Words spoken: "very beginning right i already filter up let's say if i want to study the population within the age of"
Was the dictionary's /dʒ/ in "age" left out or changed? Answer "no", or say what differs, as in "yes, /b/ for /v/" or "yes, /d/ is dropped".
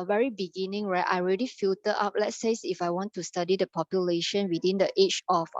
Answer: yes, /tʃ/ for /dʒ/